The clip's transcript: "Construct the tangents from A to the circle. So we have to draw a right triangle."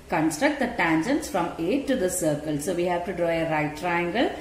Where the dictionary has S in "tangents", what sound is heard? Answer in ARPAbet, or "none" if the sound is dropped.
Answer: S